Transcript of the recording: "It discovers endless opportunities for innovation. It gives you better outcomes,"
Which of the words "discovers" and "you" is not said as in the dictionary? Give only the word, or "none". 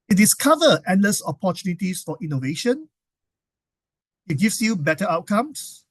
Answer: discovers